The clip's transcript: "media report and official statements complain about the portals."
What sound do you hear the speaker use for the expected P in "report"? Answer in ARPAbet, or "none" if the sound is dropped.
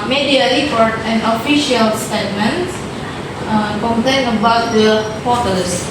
F